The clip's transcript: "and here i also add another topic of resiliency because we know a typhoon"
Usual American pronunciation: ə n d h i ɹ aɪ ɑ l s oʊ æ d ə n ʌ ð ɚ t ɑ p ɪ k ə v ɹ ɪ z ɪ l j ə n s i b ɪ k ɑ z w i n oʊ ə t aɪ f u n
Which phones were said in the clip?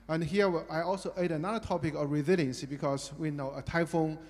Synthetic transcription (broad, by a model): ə n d h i w aɪ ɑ l s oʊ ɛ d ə n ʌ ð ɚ t ɑ p ɪ k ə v ɹ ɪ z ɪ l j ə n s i b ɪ k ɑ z w i n oʊ ə t aɪ f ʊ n